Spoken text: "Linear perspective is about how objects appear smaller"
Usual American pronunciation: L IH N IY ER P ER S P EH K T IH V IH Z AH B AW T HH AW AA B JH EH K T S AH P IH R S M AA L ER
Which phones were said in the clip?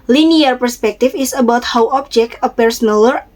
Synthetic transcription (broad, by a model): L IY N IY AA P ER S P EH K T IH F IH S AH B AW T HH AW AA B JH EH K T AH P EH R S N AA L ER